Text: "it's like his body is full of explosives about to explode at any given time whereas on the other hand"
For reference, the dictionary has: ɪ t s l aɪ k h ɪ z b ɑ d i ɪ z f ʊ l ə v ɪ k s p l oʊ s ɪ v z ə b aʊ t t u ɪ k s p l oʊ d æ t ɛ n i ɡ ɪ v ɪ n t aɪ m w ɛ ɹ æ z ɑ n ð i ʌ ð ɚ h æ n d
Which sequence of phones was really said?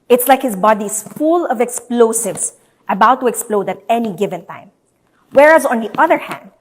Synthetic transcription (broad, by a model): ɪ t s l aɪ k h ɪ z b ɑ d i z f ʊ l ə v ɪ k s p l oʊ s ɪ v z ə b aʊ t t u ɪ k s p l oʊ d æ t ɛ n i ɡ ɪ v ɪ n t aɪ m w ɛ ɹ æ z ɑ n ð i ʌ ð ɚ h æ n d